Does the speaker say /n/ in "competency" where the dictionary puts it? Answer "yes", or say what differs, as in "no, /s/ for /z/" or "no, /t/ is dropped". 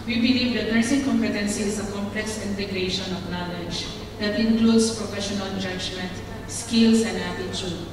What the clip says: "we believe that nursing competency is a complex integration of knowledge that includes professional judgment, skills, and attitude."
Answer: yes